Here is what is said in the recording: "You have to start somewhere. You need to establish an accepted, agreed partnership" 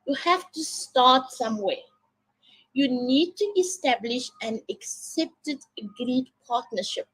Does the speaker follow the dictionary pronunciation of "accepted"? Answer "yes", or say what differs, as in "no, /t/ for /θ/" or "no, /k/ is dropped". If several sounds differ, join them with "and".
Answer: yes